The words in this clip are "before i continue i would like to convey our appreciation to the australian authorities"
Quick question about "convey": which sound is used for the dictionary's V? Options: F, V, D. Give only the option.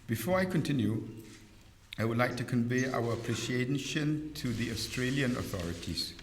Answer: V